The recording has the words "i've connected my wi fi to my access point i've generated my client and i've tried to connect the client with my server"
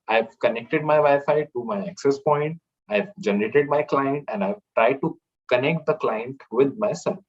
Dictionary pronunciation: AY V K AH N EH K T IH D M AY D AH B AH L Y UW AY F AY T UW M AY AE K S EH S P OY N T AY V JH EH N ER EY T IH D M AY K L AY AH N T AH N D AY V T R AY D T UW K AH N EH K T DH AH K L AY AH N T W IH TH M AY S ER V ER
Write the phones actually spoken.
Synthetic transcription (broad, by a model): AY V K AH N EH K T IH D M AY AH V AY F AY T UW M AY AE K S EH S P OY N T AY V JH EH N ER EY T IH D M AY K L AY AH N T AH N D AY V T R AY D T UW K AH N EH K T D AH K L AY AH N T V IH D M AY S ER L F